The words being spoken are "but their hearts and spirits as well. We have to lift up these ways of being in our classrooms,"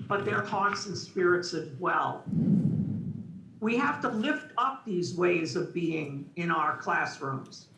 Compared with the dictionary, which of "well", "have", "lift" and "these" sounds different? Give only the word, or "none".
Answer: have